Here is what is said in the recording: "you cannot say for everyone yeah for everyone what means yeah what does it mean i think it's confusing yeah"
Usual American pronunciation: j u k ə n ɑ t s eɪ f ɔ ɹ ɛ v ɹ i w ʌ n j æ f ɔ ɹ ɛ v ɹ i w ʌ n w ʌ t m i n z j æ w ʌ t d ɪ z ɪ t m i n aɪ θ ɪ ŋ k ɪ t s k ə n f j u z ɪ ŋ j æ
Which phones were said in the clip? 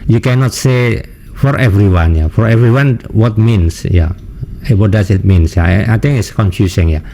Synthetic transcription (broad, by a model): j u k ə n ɑ t s eɪ f ɔ ɹ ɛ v ɹ i w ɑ n j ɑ f ɔ ɹ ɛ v ɹ i w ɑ n w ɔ t m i n s j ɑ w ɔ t d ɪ s ɪ t m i n aɪ t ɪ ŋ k ɪ t s k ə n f j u s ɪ ŋ j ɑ